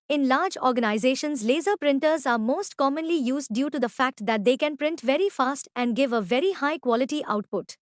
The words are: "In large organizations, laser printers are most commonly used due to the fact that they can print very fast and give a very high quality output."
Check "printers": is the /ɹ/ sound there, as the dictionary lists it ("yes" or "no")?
yes